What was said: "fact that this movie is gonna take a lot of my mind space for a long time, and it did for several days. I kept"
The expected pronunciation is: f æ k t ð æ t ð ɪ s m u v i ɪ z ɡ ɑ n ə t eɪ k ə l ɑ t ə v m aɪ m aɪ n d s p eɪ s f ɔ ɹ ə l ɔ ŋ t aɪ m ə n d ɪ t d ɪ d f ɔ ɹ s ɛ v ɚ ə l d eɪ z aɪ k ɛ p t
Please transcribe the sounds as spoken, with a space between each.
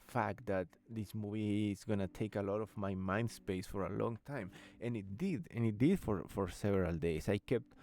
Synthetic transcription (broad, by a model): f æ k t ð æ t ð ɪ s m u v i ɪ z ɡ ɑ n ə t eɪ k ə l ɑ t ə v m aɪ m aɪ n d s p eɪ s f ɔ ɹ ə l ɔ ŋ t aɪ m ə n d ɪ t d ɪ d f ɔ ɹ s ɛ v ɚ ə l d eɪ s aɪ k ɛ p t